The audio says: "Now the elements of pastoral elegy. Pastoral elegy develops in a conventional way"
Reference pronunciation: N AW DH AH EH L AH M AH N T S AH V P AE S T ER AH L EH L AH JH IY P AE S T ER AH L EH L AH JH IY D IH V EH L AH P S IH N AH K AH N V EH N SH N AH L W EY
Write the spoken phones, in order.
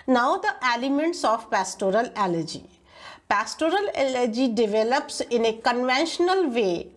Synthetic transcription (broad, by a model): N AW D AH EH L AH M AH N T S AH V P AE S T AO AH L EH L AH JH IY P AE S T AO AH L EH L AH JH IY D IH V EH L AH P S IH N AH K AH N V EH N SH N AH L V EY